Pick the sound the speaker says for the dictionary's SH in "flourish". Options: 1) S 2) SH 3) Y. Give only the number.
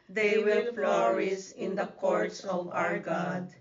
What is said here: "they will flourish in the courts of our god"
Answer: 1